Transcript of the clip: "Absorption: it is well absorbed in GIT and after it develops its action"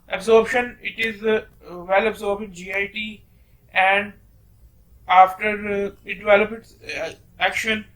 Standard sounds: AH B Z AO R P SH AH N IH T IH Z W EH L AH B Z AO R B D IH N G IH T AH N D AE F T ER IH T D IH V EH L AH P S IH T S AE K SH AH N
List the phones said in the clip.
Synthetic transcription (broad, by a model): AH B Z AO R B SH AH N IH T IH Z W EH L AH B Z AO R B IH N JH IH T AH N D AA F T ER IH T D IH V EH L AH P IH T S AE K SH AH N